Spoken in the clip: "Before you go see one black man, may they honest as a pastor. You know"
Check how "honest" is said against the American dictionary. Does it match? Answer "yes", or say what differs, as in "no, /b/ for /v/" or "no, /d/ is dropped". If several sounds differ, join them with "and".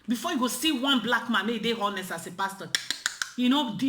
no, /t/ is dropped